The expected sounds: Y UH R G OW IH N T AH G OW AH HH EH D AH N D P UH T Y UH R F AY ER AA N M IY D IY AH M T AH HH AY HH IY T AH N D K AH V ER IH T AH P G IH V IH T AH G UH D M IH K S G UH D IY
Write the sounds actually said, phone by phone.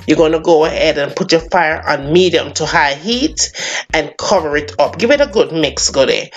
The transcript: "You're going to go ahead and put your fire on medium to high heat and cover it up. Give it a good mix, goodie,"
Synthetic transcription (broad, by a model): Y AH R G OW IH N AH G OW AH HH EH D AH N P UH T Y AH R F AY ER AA N M IY D IY AH M T AH HH AY HH IY T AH N K AH V ER IH T AH P G IH V IH T AH G UH D M IH K S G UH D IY